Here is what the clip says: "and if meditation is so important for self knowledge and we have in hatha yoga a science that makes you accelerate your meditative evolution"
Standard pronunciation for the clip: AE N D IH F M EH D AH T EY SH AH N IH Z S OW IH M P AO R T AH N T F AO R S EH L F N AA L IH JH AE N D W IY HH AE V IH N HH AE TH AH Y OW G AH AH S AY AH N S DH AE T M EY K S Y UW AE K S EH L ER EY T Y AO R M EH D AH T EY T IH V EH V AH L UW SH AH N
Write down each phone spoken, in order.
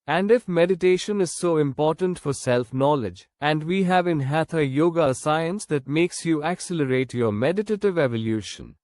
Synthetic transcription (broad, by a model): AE N D IH F M EH D AH T EY SH AH N IH Z S OW IH M P AO R T AH N T F AO R S EH L F N AA L IH JH AE N D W IY HH AE V IH N HH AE T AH Y OW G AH AH S AY AH N S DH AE T M EY K S Y UW AE K S EH L ER EY T Y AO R M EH D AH T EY T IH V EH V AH L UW SH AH N